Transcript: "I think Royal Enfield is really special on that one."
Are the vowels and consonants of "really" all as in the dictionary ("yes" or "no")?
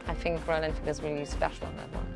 no